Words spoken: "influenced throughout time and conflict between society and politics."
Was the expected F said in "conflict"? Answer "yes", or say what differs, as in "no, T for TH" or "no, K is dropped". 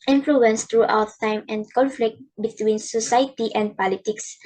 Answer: yes